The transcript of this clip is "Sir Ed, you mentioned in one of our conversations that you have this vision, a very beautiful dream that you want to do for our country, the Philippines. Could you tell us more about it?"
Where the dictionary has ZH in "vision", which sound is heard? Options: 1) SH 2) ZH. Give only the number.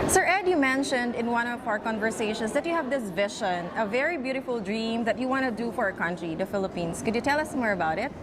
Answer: 1